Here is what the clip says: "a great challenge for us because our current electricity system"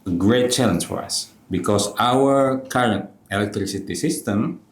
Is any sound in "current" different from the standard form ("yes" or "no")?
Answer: no